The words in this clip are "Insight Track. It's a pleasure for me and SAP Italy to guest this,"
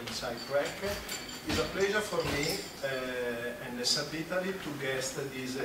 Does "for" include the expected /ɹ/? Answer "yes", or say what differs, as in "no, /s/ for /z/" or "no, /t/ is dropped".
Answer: yes